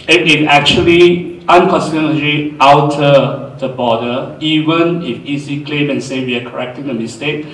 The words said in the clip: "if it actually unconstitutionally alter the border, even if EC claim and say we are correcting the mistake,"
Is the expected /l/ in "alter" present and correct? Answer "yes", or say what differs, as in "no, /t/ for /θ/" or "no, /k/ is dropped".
no, /w/ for /l/